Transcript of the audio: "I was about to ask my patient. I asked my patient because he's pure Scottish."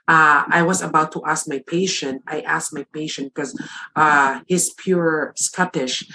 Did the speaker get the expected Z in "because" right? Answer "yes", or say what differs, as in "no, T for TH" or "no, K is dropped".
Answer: no, Z is dropped